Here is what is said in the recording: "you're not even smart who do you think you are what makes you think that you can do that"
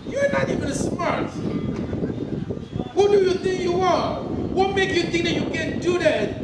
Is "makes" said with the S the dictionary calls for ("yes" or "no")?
no